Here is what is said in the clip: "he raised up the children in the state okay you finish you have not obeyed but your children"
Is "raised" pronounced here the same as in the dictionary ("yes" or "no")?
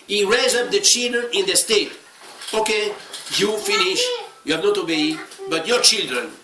no